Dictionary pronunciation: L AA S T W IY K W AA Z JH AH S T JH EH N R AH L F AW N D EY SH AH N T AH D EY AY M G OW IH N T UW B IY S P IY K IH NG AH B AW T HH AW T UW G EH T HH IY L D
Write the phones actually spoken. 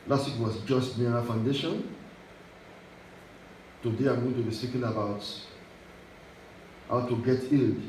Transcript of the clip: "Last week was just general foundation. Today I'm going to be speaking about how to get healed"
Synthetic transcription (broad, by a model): L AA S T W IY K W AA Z JH AH S T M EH R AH F AW N D EY SH AH N T AH D EY AY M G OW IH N T UW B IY S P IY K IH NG AH B AW T HH AW T UW G EH T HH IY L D